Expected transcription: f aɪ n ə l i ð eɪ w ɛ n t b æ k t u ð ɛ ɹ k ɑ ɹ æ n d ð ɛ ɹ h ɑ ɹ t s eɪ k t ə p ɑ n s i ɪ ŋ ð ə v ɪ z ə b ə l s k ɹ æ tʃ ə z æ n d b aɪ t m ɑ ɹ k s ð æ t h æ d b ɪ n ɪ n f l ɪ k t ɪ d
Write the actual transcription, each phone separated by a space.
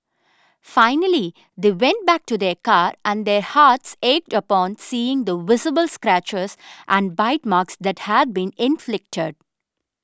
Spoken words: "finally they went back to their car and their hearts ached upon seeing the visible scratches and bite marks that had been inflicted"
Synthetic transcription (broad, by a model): f aɪ n ə l i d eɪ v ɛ n t b æ k t u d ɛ ɹ k ɑ ɹ æ n d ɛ ɹ h ɑ ɹ t s eɪ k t ə p ɑ n s i ɪ ŋ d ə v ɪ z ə b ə l s k ɹ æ tʃ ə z æ n d b aɪ t m ɑ ɹ k s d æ t h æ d b ɪ n ɪ n f l ɪ k t ɪ d